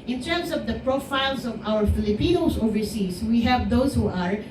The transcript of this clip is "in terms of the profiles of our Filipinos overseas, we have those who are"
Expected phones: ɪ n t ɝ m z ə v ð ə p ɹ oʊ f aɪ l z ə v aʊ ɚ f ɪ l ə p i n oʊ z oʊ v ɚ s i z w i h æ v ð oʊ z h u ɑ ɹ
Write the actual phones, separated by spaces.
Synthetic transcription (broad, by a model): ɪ n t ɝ m s ə v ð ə p ɹ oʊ f aɪ l s ə v aʊ ɚ f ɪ l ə p i n oʊ s oʊ v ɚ s i s w i h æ v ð oʊ s h u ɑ ɹ